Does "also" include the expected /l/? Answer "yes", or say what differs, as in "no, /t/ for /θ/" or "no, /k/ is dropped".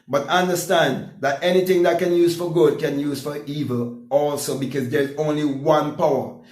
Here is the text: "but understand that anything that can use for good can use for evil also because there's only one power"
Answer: yes